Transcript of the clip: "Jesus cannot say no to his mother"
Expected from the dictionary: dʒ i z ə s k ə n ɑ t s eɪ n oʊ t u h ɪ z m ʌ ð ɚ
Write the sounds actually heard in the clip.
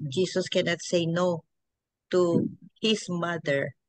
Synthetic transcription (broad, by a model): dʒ i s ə s k ə n ɑ t s eɪ n oʊ t u h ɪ s m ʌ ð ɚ